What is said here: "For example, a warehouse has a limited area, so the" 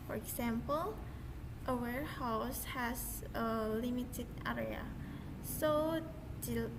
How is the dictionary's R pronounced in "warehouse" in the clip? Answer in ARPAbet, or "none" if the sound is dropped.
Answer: R